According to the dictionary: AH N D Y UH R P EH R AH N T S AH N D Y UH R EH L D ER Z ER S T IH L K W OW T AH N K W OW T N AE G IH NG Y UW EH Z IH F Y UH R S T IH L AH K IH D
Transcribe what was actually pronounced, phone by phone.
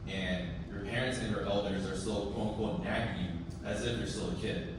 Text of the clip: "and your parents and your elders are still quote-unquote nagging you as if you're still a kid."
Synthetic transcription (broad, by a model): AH N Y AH R P EH R AH N T S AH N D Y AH R EH L D ER Z ER S T IH L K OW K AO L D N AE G Y UW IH Z IH F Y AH R S T IH L AH K IH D